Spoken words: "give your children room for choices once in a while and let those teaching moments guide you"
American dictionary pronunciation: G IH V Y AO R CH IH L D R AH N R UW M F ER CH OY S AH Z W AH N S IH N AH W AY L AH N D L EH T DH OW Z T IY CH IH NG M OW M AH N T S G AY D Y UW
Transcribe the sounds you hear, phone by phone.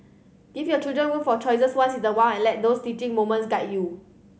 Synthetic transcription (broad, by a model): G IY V Y AO CH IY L D R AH N W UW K F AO CH OY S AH S W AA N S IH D AH W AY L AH N L EH T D OW S T IY CH IH NG M OW M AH N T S G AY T Y UW